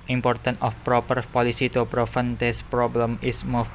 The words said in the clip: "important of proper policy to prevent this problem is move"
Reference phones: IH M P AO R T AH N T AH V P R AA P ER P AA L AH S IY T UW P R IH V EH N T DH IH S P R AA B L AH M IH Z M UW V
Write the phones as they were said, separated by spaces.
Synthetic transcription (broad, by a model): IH M P AO R T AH N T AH F P R AA P ER P AA L AH S IY T UW P R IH F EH N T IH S P R AA B L AH M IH S M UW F